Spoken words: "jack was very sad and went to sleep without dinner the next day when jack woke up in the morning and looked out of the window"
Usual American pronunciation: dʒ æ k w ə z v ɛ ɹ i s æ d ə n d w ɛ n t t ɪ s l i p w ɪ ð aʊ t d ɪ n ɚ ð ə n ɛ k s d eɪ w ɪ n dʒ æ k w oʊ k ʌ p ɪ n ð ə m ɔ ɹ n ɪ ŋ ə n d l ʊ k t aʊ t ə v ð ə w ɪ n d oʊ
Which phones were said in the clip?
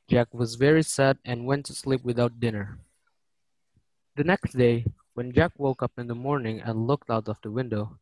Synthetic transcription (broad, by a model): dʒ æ k w ə z v ɛ ɹ i s æ d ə n w ɛ n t t ɪ s l i p w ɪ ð aʊ t d ɪ n ɚ ð ə n ɛ k s d eɪ w ɪ n dʒ æ k w oʊ k ʌ p ɪ n ð ə m ɔ ɹ n ɪ ŋ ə n l ʊ k t aʊ t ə f ð ə w ɪ n d oʊ